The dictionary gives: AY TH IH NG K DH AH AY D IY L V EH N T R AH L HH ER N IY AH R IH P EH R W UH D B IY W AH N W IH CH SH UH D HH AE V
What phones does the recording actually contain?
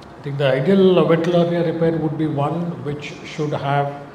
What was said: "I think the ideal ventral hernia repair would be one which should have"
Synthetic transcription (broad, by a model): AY T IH NG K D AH AY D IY L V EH T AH L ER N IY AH R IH P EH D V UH D B IY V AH N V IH CH SH UH D HH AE V